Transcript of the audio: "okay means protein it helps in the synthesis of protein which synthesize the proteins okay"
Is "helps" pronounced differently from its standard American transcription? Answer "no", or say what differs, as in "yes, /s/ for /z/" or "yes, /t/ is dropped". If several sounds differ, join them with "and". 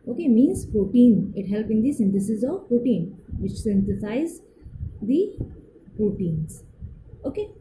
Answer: yes, /s/ is dropped